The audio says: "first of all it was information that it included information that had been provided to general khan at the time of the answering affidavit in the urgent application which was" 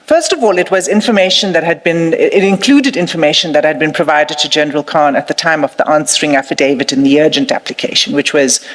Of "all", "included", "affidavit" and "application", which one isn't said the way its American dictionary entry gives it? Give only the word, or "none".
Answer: none